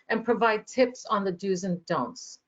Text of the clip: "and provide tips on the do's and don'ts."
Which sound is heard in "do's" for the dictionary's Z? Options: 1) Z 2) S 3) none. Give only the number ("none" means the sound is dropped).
1